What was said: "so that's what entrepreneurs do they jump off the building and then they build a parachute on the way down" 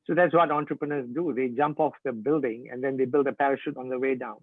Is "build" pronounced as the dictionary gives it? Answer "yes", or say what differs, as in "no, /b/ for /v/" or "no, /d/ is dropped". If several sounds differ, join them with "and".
yes